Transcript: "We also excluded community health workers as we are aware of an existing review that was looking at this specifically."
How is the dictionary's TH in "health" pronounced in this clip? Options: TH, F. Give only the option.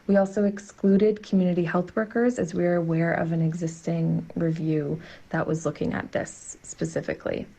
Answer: TH